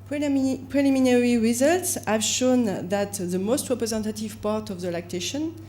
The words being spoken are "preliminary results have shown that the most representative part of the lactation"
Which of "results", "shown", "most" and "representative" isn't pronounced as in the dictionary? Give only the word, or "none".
none